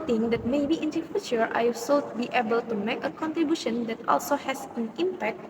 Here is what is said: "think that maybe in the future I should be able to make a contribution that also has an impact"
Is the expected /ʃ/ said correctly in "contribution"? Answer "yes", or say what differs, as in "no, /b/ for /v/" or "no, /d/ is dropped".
yes